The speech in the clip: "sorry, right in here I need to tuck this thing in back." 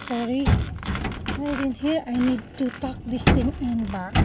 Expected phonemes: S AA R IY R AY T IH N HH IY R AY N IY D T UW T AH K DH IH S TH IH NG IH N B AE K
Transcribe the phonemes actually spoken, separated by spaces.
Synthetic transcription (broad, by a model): S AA R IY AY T IH N HH IY R AY N IY D T UW T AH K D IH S T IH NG IH N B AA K